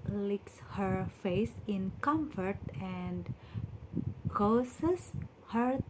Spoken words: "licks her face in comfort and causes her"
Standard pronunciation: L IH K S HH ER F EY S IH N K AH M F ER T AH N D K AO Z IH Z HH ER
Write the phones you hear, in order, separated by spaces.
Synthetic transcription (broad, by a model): L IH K S HH ER F EY S IH N K AH M F ER T AH N D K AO S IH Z HH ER